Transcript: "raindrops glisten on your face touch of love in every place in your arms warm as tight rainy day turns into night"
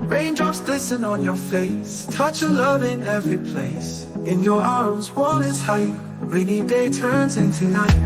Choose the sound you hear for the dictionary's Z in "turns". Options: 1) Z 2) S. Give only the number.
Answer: 1